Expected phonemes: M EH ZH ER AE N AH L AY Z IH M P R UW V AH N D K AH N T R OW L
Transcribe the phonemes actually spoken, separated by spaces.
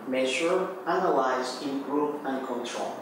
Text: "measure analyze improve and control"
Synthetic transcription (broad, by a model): M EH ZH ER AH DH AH W AY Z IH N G R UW P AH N K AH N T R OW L